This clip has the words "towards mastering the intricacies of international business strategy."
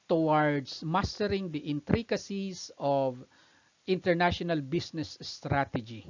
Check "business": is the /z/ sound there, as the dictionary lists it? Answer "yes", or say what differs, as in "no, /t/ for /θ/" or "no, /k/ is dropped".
no, /s/ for /z/